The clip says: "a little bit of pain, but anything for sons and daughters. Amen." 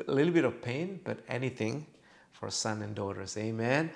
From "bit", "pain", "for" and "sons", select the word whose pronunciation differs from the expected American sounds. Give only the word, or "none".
sons